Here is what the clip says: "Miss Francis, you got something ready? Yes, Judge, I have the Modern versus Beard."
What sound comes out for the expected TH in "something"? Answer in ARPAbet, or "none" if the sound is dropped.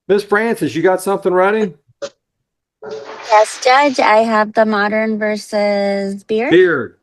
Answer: TH